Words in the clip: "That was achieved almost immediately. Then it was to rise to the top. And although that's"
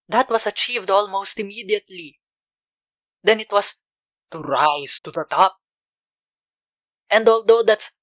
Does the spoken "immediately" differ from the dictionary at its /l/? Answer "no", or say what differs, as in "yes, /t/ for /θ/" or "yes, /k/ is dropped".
no